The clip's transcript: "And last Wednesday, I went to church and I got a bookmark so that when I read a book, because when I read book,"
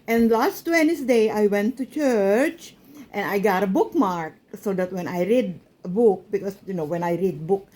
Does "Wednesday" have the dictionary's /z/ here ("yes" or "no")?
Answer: no